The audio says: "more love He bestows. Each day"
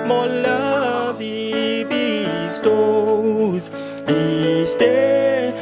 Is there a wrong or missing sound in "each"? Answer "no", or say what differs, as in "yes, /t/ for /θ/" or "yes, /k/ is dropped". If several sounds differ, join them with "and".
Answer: yes, /s/ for /tʃ/